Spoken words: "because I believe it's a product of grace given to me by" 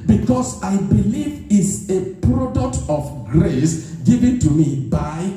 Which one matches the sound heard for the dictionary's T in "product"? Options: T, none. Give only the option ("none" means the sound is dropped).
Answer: T